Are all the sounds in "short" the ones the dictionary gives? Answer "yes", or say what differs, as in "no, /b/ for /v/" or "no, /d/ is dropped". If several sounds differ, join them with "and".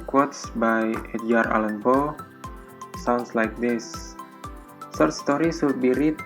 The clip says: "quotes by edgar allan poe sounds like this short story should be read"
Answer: no, /s/ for /ʃ/